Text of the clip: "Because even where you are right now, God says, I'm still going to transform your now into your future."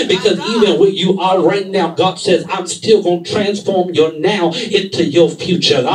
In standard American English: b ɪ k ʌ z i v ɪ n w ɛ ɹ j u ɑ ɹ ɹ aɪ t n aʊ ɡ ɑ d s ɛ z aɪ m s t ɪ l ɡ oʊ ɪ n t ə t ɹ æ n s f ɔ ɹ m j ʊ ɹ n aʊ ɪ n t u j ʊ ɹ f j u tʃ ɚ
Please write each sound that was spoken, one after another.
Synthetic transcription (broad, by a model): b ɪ k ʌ z i v ɪ n w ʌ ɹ j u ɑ l ɹ aɪ t n aʊ ɡ ɑ d s ɛ z aɪ m s t ɪ l ɡ oʊ ɪ n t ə t ɹ æ n s f ɔ ɹ m j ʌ ɹ n aʊ ɪ n t u j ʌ ɹ f j u tʃ ɚ